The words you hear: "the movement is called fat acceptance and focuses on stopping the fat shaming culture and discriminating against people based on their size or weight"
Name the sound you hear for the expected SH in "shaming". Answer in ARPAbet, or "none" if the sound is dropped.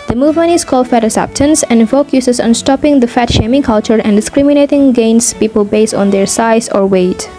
SH